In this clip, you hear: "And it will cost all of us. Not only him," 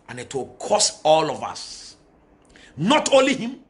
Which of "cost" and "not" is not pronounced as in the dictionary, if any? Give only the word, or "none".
cost